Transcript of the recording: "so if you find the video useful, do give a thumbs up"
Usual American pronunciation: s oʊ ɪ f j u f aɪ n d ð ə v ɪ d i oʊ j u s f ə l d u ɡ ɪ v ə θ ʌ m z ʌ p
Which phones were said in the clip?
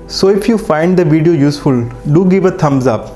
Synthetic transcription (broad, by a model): s oʊ ɪ f j u f aɪ n d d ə v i d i oʊ j u s f ə l d u ɡ ɪ v ə t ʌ m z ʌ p